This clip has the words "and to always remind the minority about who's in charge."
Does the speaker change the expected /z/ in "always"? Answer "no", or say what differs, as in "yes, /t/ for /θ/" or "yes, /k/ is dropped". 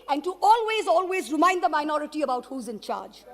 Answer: no